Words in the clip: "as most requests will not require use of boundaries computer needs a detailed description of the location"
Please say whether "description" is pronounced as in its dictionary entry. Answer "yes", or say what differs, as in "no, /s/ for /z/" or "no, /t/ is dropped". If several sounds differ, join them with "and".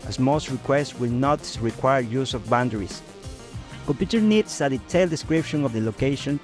yes